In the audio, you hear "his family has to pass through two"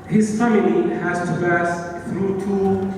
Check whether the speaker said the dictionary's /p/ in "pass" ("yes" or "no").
no